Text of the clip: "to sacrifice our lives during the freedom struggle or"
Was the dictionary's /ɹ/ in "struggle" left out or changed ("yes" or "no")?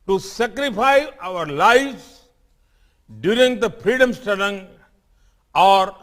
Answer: yes